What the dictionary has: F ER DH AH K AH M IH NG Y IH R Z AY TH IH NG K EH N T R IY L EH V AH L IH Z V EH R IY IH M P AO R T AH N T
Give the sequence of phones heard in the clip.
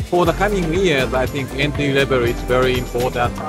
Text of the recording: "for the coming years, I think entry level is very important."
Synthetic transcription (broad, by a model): F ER DH AH K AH M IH NG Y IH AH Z AY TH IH NG K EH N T IY L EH B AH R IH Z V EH R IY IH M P AO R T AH N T